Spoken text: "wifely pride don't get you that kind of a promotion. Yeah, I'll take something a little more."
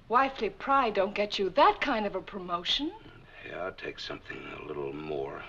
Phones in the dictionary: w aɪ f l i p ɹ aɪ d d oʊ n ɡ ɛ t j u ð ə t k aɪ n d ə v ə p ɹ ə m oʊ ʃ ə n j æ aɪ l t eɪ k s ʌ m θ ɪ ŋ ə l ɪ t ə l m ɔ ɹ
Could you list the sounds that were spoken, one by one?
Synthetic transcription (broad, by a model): w aɪ f l i p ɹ aɪ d d oʊ n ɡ ɛ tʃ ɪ ð ə t k aɪ n d ə v ə p ɹ ə m oʊ ʃ ə n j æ aɪ l t eɪ k s ʌ m θ ɪ ŋ ə l ɪ t l m ɔ ɹ